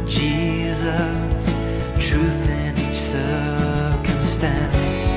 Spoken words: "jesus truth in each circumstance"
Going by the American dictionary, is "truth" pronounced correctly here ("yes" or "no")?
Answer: yes